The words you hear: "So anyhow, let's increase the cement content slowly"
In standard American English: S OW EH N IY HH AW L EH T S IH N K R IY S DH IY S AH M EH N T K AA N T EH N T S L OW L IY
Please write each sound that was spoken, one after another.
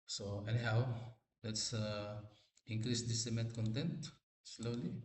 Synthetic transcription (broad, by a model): S OW EH N IY HH AW L EH T S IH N K R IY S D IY S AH M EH T K AA N T EH N T S L OW L IY